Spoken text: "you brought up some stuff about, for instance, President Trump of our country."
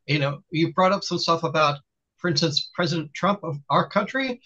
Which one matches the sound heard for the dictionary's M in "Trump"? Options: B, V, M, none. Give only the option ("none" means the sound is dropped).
M